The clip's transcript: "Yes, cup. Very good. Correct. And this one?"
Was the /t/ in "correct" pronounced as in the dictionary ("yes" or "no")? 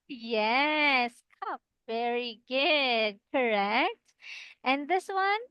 yes